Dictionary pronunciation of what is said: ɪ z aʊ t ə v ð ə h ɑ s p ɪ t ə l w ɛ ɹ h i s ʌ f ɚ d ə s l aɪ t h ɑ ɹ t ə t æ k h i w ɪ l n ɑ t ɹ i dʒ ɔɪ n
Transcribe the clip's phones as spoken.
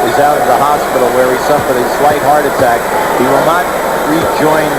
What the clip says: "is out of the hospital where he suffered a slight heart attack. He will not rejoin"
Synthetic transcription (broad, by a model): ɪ z aʊ t ə v ð ə h ɑ s p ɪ t l w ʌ ɹ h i s ʌ f ɚ d ə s w aɪ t h ɑ ɹ t ə t æ k h i w ɪ l n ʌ t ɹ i dʒ ɔɪ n